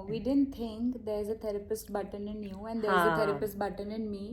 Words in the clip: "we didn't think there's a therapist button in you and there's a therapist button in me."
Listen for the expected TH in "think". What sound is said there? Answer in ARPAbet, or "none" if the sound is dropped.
T